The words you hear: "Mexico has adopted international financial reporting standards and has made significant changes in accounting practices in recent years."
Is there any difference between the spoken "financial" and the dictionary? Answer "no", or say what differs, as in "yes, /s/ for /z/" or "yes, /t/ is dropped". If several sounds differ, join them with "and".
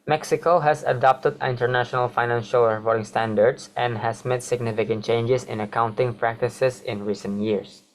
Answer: no